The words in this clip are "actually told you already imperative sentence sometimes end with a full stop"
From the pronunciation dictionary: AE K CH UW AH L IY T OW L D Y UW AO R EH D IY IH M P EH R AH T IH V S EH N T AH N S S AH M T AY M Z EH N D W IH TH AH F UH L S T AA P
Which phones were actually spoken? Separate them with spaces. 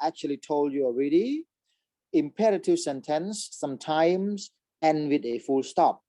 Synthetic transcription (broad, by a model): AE K CH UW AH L IY T OW L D Y UW AO R EH D IY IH M P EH R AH T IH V S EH N T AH N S S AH M T AY M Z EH N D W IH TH AH F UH L S T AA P